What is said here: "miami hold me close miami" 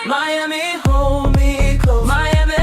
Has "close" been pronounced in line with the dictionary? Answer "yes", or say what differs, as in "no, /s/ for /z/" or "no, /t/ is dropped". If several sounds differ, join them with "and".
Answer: no, /l/ is dropped and /s/ is dropped